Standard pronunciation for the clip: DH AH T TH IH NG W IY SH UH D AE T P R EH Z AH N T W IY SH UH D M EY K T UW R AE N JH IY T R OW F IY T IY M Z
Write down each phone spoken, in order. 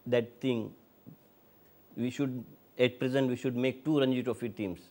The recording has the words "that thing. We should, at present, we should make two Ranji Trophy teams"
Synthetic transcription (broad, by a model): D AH T T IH NG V IY SH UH D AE T P R EH Z AH N T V IY SH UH D M EY K T UW R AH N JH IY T OW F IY T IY M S